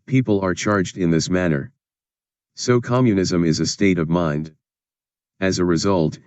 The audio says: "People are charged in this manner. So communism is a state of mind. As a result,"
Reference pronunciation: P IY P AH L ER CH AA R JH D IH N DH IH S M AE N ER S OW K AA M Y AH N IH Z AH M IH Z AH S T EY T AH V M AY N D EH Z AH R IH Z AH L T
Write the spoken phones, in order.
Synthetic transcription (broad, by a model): P IY P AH L ER CH AA R JH D IH N DH IH S M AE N ER S OW K AA M Y AH N IH Z AH M IH Z AH S T EY T AH V M AY N D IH Z AH R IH Z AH L T